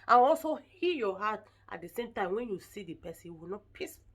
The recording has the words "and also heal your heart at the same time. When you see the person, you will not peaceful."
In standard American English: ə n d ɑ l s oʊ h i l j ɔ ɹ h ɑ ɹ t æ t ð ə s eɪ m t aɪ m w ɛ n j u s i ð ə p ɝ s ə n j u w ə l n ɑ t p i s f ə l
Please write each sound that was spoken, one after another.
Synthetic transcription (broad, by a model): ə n ɑ l s oʊ h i j ɔ h ɑ t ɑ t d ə s eɪ m t aɪ m w ɛ n j u s i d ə p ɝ s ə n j w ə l n ɑ t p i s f